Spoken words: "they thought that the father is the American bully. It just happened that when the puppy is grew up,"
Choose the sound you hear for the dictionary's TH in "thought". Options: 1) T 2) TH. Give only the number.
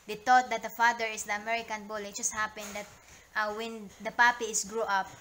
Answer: 1